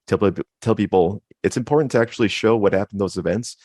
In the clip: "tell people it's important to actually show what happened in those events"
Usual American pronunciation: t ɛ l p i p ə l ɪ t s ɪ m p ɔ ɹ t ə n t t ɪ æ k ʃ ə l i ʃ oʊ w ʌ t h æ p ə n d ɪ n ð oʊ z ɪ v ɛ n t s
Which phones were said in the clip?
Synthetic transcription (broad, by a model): t ɛ l p i p l ɪ t s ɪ m p ɔ ɹ t n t t ɪ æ k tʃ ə l i ʃ oʊ w ʌ t h æ p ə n n ð oʊ z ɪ v ɛ n t s